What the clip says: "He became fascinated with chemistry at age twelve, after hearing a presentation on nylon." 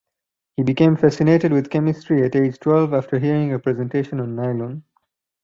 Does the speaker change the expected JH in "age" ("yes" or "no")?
no